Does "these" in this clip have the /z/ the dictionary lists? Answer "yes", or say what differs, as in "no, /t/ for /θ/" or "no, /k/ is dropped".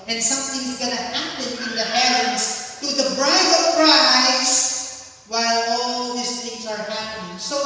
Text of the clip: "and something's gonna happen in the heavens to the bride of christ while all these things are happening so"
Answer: no, /s/ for /z/